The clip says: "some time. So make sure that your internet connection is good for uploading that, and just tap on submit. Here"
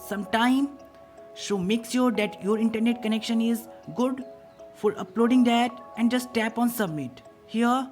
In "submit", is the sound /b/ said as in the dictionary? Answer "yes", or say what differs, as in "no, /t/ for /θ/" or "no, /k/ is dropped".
yes